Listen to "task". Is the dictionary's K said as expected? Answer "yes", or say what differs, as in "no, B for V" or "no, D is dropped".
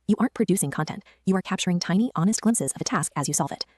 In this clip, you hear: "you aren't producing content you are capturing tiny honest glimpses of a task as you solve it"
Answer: yes